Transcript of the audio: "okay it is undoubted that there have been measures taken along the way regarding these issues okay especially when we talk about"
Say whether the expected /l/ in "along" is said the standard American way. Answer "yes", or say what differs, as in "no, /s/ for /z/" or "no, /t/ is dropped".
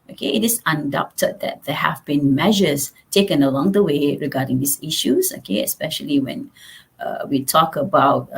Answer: yes